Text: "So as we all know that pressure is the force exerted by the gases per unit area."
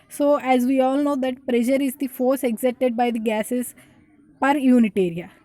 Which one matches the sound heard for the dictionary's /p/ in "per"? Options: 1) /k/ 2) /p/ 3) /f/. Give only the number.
2